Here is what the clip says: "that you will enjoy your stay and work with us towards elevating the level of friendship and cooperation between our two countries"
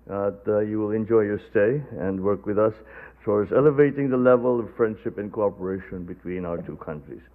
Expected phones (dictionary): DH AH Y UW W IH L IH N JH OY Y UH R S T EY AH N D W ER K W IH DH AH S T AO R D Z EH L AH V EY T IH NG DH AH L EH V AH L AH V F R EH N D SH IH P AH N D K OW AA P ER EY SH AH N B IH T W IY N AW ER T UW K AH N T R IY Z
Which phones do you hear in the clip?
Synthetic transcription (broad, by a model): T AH Y UW W IH L IH N JH OY Y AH R S T EY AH N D W ER K W IH DH AH S S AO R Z EH L AH V EY T IH NG DH AH L EH V AH L AH V F R EH N D SH IH P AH N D K OW AA P ER EY SH AH N B IH T W IY N AW ER T UW K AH N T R IY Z